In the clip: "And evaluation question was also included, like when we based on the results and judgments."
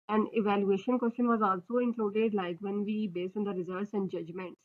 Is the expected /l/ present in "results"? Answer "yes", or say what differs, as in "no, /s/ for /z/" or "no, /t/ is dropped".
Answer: no, /l/ is dropped